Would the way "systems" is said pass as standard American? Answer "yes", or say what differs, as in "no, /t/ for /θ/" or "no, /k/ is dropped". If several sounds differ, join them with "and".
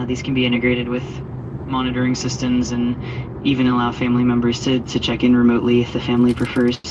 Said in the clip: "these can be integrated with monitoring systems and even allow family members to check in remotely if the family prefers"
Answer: yes